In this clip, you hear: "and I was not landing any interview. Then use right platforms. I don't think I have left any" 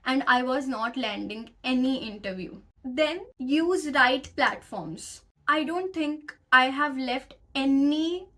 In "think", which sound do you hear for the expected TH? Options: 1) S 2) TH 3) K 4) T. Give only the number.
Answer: 4